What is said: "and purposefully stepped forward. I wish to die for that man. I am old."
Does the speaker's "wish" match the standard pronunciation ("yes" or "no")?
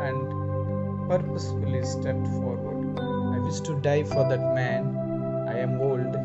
no